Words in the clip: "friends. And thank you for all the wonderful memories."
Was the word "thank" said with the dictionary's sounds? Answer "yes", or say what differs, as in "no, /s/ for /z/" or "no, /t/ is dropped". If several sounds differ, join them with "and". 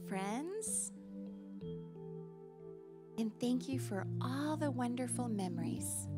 yes